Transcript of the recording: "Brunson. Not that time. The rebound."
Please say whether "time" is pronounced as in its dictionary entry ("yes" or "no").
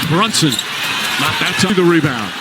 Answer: no